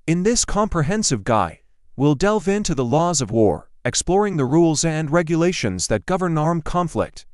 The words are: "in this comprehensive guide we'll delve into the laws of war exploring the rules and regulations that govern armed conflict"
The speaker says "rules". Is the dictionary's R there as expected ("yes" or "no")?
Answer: yes